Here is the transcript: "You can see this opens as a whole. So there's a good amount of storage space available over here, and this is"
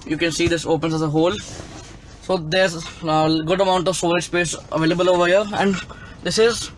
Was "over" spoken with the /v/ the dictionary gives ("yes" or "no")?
yes